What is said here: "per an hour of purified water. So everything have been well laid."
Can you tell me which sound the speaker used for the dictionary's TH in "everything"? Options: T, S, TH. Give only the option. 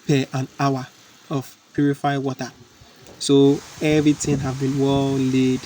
T